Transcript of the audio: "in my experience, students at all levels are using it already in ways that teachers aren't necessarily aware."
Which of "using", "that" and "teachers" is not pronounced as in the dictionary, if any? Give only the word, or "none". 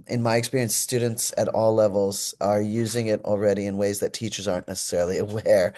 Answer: none